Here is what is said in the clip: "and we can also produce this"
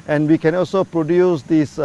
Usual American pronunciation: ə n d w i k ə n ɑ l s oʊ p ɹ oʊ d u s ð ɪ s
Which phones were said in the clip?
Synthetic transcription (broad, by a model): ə n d w i k ə n ɑ l s oʊ p ɹ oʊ d u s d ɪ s